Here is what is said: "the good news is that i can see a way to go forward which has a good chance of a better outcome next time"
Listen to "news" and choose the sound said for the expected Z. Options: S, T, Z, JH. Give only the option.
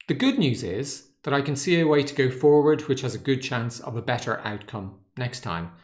Z